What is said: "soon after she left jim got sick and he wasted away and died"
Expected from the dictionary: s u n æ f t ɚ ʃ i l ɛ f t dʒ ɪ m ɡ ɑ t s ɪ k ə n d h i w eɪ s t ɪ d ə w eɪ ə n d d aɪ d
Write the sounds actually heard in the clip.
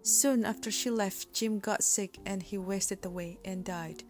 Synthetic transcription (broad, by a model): s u n æ f t ɚ ʃ i l ɛ f t dʒ ɪ m ɡ ɑ t s ɪ k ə n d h i w eɪ s t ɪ d ə w eɪ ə n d d aɪ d